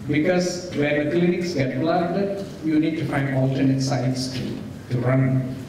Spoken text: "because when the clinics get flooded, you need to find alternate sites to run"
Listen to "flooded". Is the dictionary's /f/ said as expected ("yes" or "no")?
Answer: no